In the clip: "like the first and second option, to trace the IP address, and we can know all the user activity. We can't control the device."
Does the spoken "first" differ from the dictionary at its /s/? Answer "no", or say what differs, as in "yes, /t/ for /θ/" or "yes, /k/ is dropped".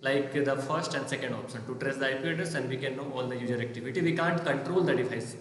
no